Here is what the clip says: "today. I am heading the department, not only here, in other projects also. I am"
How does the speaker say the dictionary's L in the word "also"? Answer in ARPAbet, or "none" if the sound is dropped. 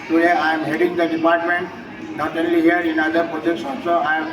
none